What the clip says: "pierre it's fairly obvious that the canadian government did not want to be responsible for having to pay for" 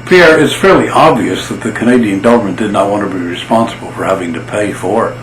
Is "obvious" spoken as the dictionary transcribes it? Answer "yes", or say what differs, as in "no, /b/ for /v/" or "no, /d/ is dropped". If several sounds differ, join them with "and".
yes